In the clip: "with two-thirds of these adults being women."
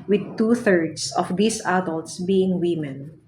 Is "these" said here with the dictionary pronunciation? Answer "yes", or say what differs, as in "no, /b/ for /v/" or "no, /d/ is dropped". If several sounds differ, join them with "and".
no, /s/ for /z/